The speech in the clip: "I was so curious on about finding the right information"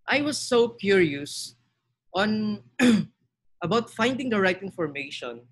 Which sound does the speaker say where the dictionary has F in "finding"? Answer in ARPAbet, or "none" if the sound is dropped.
F